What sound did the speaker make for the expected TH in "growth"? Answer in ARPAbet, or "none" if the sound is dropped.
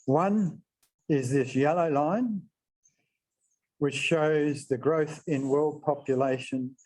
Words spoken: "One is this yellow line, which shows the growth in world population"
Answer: TH